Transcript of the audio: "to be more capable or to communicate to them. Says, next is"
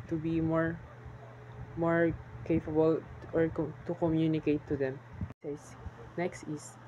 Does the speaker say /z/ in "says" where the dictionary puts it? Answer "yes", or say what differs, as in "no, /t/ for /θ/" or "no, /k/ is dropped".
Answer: no, /s/ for /z/